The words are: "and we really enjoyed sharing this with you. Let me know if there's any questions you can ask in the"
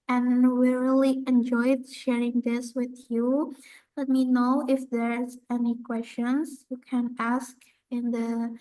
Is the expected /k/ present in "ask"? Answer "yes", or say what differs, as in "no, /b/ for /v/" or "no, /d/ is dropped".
yes